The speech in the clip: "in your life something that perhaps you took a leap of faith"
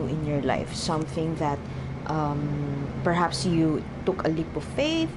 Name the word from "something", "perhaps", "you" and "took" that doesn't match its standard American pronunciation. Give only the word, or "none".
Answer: none